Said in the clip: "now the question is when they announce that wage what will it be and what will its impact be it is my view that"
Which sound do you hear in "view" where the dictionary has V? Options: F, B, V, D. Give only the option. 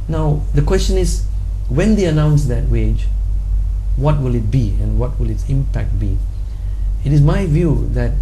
V